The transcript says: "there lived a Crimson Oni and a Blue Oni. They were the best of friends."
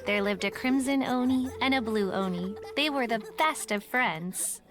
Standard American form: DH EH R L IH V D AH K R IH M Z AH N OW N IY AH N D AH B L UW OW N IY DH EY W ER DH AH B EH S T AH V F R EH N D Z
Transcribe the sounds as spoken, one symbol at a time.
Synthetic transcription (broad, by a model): DH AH R L IH V D AH K R IH M Z AH N OW N IY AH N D AH B L UW OW N IY DH EY W ER DH AH B EH S T AH V F R EH N D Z